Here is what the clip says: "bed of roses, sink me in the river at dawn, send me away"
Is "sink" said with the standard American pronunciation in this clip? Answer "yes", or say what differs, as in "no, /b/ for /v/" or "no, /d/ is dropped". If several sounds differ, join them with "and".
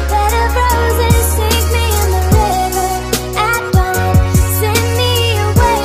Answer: no, /ŋ/ is dropped